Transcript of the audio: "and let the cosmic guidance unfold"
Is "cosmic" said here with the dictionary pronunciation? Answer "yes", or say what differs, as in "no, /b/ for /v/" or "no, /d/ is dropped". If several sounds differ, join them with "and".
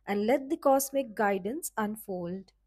no, /s/ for /z/